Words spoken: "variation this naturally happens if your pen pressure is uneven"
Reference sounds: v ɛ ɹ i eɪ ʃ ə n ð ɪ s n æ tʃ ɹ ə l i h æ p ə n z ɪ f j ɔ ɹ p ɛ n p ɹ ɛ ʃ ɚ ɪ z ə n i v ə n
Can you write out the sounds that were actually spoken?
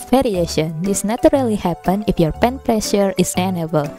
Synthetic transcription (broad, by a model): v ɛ ɹ i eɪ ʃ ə n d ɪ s n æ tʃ ɹ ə l i h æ p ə n ɪ f j ɔ ɹ p ɛ n p ɹ ɛ ʃ ɚ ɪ s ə n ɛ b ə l